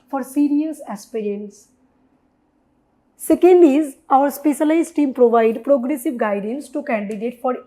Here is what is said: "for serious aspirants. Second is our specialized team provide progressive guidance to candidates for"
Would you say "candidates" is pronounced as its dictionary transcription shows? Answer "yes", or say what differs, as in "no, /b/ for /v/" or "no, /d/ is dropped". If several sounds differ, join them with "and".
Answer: no, /s/ is dropped